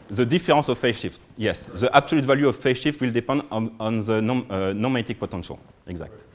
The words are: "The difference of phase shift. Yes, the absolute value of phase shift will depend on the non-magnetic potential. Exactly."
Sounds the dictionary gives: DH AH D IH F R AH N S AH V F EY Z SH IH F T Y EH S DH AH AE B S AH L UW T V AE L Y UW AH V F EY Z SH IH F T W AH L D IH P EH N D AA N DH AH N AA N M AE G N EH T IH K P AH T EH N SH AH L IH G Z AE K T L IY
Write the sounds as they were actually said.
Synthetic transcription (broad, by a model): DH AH D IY F R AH S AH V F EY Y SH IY F T Y EH S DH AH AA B S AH L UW T V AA L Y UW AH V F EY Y SH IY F T W AH L D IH P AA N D AA N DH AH N AA N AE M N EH T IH K P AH T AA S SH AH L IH G Z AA K T